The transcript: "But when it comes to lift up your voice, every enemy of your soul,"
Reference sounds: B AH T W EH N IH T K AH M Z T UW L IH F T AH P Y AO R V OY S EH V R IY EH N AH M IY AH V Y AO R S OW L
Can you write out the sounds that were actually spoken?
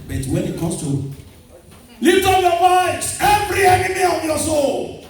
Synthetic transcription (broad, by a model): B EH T W EH N IH T K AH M S T UW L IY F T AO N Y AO L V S EH V R IY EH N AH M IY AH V Y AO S OW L